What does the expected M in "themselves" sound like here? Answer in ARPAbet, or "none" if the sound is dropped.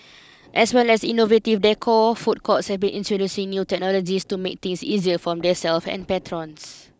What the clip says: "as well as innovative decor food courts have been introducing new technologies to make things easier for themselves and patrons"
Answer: none